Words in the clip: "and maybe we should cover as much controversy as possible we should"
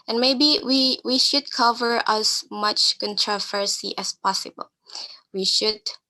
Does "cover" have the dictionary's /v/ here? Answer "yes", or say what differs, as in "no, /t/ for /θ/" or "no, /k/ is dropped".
yes